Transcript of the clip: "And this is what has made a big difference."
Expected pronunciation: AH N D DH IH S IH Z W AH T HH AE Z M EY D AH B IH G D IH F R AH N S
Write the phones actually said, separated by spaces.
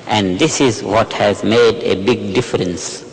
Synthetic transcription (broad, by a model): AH N D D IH S IH Z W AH T HH AE Z M EY D AH B IH G D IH F R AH N S